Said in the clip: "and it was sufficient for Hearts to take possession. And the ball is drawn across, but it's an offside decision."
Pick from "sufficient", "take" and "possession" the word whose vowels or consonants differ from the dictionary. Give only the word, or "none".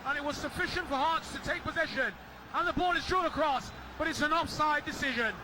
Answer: none